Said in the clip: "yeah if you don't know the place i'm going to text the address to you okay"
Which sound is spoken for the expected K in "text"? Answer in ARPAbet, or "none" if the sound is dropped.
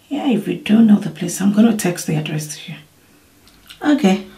K